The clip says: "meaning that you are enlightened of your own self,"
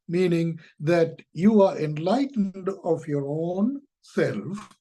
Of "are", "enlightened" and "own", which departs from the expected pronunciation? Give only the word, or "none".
none